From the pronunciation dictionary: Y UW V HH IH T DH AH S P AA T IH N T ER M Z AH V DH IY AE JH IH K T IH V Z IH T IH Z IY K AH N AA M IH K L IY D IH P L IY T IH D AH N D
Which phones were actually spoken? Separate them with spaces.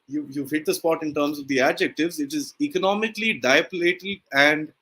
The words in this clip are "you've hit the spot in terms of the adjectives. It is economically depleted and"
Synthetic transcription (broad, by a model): Y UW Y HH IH T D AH S P AA T IH N T ER M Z AH V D IY AE JH IH K T IH V Z IH T IH Z IY K AH N AA M IH K L IY D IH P L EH T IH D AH N D